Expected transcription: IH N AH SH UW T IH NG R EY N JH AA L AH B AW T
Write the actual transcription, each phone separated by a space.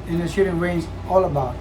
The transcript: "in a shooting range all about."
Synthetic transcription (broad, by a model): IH N AH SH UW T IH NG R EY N Z AA L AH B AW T